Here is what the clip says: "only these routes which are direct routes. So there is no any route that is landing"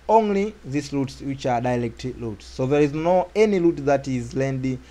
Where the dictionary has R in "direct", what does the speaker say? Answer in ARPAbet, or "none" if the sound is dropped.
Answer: L